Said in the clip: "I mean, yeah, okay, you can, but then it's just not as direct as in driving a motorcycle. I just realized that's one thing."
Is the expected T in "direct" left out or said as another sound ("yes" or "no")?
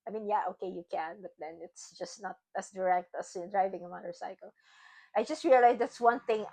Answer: no